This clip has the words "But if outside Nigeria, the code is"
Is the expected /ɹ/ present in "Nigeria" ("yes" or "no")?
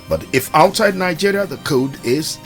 yes